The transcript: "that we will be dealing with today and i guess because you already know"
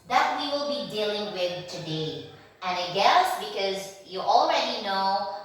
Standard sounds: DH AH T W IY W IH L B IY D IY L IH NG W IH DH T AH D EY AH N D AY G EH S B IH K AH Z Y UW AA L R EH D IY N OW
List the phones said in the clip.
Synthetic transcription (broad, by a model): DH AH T W IY W IH L B IY D IY L IH NG W IH DH T AH D EY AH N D AY G EH S B IH K AH Z Y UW AA L R EH D IY N OW